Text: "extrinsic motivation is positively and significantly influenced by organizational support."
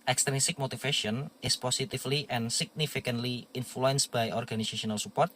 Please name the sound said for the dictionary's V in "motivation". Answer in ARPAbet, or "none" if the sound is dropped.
F